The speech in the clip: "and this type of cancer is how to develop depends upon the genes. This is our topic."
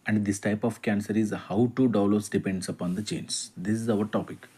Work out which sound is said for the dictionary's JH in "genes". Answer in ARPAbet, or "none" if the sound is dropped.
CH